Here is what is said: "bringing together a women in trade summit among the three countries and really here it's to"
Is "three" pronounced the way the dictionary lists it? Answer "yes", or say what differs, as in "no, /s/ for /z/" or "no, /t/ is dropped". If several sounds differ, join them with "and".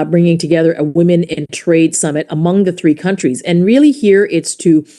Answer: yes